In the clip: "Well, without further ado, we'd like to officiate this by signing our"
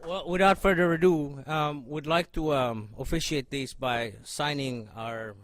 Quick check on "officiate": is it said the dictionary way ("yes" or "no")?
yes